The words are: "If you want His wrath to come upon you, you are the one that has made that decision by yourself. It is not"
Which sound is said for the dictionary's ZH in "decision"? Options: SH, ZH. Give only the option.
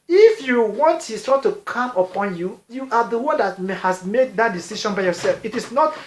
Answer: SH